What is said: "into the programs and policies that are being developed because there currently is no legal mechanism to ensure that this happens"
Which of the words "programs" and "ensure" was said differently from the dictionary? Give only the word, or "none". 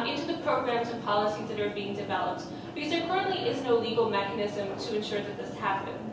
none